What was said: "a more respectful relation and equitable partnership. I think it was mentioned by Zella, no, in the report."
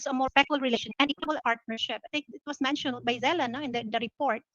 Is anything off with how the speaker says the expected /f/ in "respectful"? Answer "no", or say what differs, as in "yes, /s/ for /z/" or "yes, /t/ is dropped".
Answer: yes, /f/ is dropped